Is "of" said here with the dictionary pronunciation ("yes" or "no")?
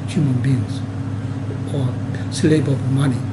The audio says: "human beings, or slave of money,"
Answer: no